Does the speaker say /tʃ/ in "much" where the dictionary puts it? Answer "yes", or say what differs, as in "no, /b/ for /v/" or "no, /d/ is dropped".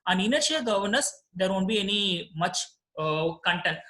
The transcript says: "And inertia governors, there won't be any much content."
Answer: yes